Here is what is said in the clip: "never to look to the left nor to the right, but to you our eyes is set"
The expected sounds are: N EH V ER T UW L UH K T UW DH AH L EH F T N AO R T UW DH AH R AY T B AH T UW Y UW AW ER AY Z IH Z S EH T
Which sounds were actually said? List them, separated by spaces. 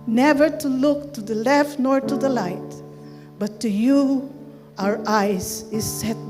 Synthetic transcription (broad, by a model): N EH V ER T UW L UH K T UW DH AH L EH F T N AO R T UW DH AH L AY T B AH T UW Y UW AW ER AY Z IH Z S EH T